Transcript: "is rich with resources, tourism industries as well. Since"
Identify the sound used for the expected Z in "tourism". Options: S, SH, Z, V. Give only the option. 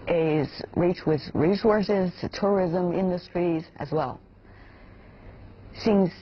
Z